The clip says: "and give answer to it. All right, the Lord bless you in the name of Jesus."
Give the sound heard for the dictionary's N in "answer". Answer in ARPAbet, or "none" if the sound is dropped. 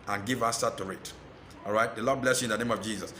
none